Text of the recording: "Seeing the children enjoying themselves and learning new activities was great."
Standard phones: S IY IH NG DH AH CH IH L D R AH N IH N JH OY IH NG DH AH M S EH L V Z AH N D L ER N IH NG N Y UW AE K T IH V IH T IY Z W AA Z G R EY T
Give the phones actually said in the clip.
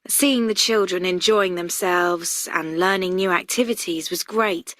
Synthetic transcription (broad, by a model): S IY IH NG DH AH CH IH L D R AH N IH N JH OY IH NG DH AH M S EH L V Z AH N L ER N IH NG N Y UW AE K T IH V IH T IY Z W AA Z G R EY T